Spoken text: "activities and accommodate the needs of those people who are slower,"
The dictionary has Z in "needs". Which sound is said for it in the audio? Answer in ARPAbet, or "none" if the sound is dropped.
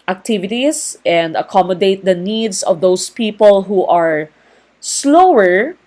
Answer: S